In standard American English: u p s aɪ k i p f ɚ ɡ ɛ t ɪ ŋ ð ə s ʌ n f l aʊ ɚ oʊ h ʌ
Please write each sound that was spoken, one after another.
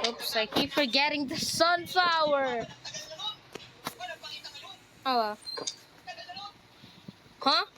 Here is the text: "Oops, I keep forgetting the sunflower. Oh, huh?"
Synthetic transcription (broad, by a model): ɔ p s aɪ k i f ɚ ɡ ɛ t ɪ ŋ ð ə s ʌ n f aʊ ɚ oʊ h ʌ